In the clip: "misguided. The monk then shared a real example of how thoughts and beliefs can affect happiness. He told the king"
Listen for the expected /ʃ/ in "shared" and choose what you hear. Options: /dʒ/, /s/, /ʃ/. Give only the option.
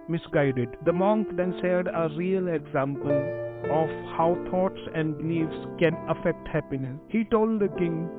/s/